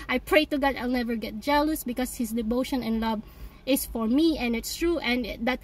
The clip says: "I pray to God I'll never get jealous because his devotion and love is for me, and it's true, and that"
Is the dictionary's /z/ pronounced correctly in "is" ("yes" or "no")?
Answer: no